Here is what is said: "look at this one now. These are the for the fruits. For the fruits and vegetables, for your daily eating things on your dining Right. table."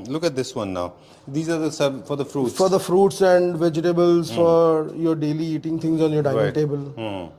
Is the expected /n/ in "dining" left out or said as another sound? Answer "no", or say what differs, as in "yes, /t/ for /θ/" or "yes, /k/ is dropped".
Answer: yes, /n/ is dropped